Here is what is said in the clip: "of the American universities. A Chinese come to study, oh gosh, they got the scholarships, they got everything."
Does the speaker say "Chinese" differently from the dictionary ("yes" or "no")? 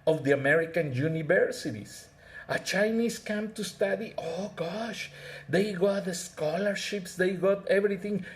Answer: yes